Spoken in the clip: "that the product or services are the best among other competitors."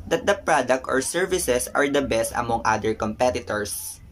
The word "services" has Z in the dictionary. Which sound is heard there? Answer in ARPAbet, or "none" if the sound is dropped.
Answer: S